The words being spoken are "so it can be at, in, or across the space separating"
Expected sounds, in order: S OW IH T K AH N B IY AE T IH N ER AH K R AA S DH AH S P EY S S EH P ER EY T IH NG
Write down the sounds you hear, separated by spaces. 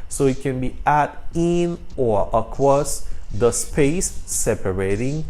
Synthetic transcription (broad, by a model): S OW IH T K AH N B IY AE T IH N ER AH K W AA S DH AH S P EY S S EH P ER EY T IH NG